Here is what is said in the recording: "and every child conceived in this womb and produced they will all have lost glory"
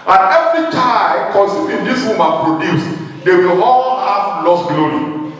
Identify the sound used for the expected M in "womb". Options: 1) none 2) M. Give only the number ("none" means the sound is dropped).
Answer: 2